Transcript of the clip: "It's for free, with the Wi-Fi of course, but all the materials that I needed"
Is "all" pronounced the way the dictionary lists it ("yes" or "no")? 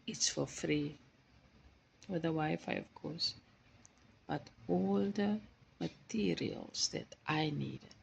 yes